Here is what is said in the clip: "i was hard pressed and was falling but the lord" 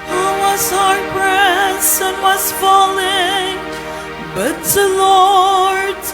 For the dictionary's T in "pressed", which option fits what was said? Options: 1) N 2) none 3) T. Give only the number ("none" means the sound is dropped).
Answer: 2